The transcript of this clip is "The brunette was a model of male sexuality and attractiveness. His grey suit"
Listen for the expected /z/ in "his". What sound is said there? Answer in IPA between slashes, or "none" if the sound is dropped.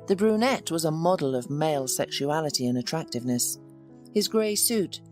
/z/